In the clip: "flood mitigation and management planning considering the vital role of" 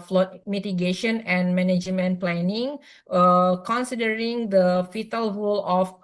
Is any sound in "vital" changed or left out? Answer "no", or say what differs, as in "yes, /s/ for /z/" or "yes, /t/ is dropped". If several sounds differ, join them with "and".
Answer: yes, /f/ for /v/